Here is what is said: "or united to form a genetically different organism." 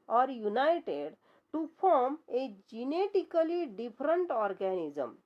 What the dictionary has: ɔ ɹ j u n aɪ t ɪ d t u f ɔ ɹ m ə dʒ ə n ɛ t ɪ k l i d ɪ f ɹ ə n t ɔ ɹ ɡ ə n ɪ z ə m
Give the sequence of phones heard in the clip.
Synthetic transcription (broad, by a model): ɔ ɹ j u n aɪ t ɪ d t u p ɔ ɹ m ə dʒ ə n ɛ t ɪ k l i d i p ɹ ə n t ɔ ɹ ɡ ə n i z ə m